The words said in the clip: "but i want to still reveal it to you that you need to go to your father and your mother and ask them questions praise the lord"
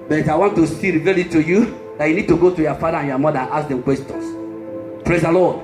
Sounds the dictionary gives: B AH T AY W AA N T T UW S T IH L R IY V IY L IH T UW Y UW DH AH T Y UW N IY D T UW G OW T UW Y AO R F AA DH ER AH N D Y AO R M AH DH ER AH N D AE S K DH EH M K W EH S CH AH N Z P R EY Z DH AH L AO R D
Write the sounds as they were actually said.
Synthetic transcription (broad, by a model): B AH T AY W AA N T T UW S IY R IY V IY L IH T UW Y UW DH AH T Y UW N IY D T UW G OW T UW Y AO F AA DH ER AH N Y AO M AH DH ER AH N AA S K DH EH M K W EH S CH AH N S P R EY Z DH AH L AO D